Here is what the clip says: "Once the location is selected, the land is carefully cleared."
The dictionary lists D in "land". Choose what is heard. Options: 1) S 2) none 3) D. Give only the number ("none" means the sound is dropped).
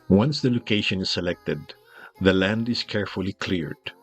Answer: 3